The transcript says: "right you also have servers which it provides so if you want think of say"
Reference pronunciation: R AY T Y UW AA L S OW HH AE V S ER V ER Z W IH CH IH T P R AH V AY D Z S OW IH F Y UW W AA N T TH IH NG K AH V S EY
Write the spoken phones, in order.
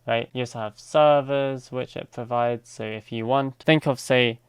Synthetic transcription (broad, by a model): R AY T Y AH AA S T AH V S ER V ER Z W IH CH IH T P R AH V AY D Z S OW IH F Y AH W AA N T TH IH NG K AH V S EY